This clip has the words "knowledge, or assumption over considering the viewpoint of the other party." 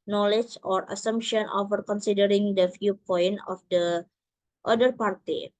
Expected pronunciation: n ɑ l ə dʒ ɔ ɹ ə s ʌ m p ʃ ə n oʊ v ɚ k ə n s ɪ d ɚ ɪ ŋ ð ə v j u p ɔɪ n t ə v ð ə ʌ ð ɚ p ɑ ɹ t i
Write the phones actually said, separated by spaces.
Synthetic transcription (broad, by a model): n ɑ l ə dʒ ɔ ɹ ə s ʌ m p ʃ ə n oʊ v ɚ k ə n s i d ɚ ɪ ŋ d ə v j u p ɔɪ n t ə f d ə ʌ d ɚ p ɑ ɹ t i